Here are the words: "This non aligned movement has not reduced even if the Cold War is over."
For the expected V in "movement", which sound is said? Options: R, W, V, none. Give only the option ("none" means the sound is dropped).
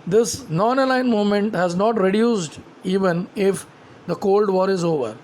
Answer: none